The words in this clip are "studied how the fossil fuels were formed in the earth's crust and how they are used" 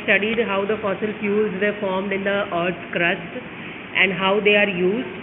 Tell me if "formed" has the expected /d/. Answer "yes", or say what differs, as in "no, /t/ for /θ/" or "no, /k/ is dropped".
yes